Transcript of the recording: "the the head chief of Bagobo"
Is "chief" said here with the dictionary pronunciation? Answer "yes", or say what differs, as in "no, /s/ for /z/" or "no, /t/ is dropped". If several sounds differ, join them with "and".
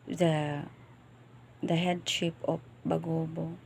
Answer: no, /p/ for /f/